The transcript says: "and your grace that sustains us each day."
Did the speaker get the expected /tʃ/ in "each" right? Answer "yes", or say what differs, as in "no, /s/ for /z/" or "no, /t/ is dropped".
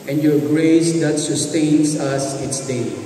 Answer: no, /s/ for /tʃ/